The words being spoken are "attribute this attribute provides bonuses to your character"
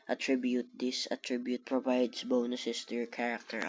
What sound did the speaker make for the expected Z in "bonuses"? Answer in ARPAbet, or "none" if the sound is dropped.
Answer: S